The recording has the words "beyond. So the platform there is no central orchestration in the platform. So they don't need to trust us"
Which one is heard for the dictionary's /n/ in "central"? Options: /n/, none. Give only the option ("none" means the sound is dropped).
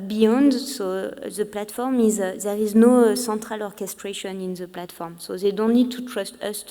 none